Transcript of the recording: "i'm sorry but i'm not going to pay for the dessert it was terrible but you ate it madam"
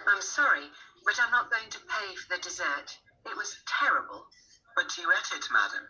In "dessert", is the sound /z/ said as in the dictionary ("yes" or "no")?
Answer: yes